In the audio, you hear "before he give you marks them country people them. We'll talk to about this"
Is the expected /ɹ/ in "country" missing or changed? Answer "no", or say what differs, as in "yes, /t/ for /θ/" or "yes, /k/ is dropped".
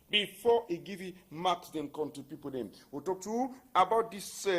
yes, /ɹ/ is dropped